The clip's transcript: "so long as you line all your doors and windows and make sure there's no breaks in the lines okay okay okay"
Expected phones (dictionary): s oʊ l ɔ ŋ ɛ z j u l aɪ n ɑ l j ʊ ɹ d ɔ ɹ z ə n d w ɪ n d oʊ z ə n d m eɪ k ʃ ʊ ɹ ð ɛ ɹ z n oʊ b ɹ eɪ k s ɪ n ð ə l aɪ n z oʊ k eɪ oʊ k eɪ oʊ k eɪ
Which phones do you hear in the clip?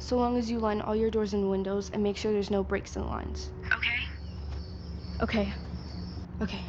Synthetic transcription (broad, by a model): s oʊ l ɔ ŋ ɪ z j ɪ l aɪ n ɑ l j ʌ ɹ d ɔ ɹ z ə n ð w ɪ n d oʊ z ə n m eɪ k ʃ ʊ ɹ ð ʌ ɹ z n oʊ b ɹ eɪ k s ɪ n l aɪ n z oʊ k eɪ oʊ k eɪ oʊ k eɪ